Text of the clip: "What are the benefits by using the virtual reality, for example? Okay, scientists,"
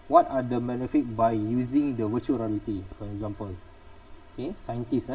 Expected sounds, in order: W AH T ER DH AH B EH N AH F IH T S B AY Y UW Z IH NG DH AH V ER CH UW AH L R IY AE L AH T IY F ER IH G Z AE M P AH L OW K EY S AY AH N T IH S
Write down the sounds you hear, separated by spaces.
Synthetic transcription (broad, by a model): W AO T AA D AH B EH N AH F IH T B AY Y UW Z IH NG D AH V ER CH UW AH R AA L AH T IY F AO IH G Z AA M P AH L OW K EY S AY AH N T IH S